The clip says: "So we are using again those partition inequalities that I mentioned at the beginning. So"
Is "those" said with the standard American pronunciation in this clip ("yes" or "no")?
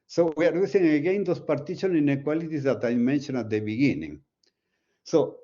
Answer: no